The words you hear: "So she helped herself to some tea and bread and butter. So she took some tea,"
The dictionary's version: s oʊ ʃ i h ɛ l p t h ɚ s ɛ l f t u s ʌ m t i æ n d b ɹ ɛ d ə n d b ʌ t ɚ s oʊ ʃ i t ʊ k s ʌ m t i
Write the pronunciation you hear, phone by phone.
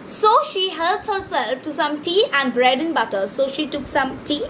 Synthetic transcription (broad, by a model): s oʊ ʃ i h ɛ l t h ɚ s ɛ l f t u s ʌ m t i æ n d b ɹ ɛ d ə n b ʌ t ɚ s oʊ ʃ i t ʊ k s ʌ m t i